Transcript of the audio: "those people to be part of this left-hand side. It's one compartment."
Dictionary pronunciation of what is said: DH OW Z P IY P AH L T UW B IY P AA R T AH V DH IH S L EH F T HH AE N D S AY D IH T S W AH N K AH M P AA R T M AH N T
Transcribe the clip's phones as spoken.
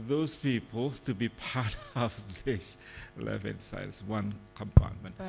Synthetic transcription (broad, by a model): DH OW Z P IY P AH L T UW B IY P AA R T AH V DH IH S L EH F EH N S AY IH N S W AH N K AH M P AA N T M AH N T